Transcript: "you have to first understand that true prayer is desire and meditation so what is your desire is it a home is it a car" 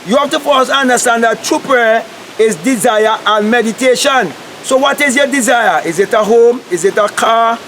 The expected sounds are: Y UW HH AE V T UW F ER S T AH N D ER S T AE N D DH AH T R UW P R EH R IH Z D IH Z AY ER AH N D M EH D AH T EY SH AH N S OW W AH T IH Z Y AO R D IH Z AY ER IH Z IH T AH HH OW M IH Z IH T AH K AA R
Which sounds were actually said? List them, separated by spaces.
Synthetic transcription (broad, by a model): Y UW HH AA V T UW F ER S AH N D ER S T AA N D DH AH T R UW P R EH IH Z D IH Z AY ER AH N M EH D AH T EY SH AH N S OW W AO T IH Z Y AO D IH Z AY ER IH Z IH T AH HH OW M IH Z IH T AH K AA